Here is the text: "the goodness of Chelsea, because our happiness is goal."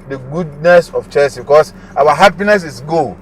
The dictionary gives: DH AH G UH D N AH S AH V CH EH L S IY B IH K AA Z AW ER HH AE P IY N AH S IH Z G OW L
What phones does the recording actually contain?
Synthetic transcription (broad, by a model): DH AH G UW D N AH S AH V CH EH S B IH K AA S AW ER HH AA P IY N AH S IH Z G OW